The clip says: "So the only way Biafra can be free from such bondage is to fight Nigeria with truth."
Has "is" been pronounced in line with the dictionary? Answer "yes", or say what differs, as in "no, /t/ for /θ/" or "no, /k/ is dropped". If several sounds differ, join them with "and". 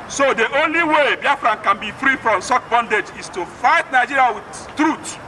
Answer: no, /s/ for /z/